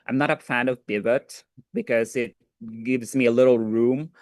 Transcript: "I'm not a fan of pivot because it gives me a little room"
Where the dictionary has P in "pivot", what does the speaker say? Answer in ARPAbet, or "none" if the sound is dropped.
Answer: B